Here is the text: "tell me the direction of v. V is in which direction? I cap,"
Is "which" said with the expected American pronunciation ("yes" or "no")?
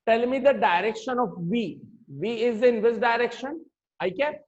no